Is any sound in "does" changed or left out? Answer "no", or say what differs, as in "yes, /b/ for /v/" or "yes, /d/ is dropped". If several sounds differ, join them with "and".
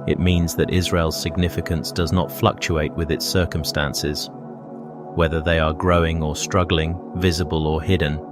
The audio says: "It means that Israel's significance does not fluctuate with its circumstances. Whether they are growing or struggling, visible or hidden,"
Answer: no